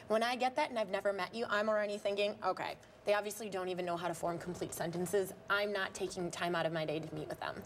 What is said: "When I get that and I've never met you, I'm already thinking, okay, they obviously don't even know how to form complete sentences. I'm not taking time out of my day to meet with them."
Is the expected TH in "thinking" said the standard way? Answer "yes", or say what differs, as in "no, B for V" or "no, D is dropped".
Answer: yes